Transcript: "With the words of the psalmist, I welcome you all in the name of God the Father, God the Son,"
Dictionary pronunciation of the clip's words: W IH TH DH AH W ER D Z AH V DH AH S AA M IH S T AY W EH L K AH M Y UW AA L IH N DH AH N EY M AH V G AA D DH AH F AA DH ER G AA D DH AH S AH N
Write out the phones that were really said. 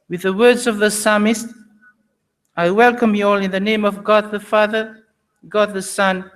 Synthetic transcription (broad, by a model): W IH DH AH W ER D Z AH V DH AH S AA M IH S T AY W EH L K AH M Y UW AA L IH N DH AH N EY M AH V G AA D DH AH F AA DH ER G AA D DH AH S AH N